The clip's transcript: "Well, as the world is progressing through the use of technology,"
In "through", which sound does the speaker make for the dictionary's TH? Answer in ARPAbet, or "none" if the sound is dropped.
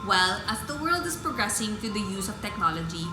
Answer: T